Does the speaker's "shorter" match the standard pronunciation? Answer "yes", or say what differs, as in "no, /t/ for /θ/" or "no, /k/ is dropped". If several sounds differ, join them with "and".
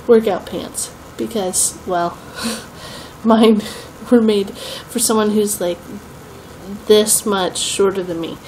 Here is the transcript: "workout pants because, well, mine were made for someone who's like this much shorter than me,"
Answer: yes